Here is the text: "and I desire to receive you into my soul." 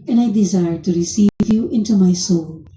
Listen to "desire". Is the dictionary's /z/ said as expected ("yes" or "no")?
yes